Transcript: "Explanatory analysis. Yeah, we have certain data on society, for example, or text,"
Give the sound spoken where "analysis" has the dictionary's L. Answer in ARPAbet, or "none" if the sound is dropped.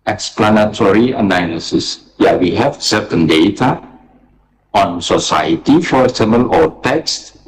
N